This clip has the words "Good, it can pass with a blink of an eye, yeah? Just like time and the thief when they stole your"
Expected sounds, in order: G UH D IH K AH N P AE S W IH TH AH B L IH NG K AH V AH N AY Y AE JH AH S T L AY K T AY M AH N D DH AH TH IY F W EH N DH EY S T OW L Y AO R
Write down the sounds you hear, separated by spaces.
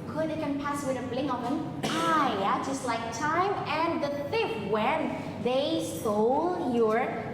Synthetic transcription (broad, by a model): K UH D IH K AH N P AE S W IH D AH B L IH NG AH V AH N AY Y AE JH AH S T L AY K T AY M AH N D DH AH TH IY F W EH N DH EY S OW L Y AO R